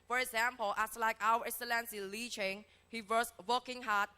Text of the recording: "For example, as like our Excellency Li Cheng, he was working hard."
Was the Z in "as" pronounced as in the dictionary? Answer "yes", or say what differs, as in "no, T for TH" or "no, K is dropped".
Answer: no, S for Z